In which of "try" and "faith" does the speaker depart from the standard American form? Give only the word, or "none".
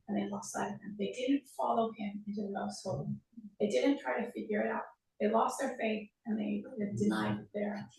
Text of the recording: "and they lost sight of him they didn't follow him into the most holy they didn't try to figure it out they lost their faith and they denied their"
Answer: none